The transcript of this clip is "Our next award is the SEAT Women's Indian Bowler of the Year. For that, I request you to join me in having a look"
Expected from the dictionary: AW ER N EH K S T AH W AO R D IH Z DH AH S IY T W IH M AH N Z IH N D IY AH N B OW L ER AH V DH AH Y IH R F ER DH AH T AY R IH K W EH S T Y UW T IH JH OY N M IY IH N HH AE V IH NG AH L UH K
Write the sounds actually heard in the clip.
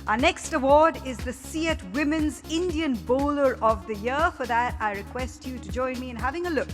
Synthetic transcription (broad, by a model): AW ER N EH K S T AH W AO R D IH Z DH AH S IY T W IH M AH N Z IH N D IY AH N B OW L ER AH V DH AH Y IH R F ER DH AH T AY R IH K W EH S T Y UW T IH JH OY N M IY IH N HH AE V IH NG AH L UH K